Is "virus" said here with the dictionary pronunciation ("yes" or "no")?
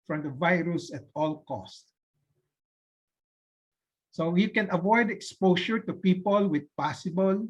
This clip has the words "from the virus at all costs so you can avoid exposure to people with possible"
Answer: yes